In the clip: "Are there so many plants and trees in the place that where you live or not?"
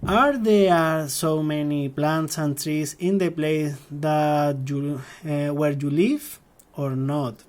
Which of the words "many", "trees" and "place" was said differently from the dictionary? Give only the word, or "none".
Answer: trees